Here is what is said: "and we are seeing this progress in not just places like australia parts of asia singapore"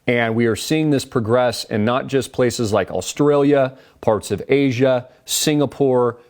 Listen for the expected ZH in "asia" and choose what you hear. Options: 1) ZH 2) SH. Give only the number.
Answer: 1